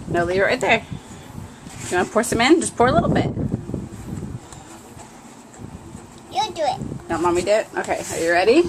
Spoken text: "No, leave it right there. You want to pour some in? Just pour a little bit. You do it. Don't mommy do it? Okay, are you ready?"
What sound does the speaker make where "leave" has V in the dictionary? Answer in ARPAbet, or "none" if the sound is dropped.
none